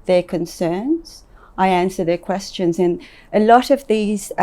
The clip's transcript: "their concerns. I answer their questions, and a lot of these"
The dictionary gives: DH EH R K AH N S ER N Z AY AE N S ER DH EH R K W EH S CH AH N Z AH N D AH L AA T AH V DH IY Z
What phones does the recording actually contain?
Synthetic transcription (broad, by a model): DH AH R K AH N S ER N Z AY AE N S ER DH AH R K W EH S CH AH N Z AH N AH L AA T AH V DH IY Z